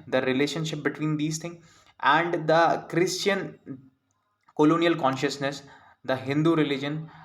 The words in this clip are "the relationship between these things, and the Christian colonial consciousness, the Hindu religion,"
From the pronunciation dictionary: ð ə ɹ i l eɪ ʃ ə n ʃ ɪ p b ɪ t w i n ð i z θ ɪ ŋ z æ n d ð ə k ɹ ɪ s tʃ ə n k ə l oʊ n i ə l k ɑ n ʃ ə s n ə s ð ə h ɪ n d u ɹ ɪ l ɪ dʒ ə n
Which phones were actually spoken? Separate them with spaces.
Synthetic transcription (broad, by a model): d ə ɹ i l eɪ ʃ ə n ʃ ɪ p b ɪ t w i n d i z t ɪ ŋ æ n d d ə k ɹ ɪ s tʃ ə n k ə l oʊ n i ə l k ɑ n ʃ ə s n ə s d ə h ɪ n d u ɹ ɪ l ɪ dʒ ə n